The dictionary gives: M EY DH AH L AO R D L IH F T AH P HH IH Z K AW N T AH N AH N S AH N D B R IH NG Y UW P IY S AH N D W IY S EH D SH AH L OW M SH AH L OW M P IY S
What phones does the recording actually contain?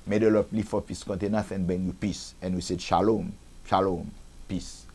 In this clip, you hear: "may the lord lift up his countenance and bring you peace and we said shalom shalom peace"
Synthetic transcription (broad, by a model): M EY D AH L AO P L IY F AO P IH S K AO N T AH N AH S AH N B EH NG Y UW P IY S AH N W IY S EH D SH AH L OW M SH AH L OW M P IY S